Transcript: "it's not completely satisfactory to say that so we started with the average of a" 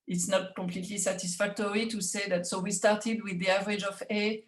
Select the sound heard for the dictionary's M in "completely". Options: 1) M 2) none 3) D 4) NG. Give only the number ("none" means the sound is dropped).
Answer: 2